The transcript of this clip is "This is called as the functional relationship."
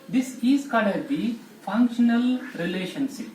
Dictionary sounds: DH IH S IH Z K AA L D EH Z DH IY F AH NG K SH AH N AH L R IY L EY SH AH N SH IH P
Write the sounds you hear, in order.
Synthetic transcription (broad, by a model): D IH S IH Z K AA D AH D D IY F AH NG K SH AH N AH L R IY L EY SH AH N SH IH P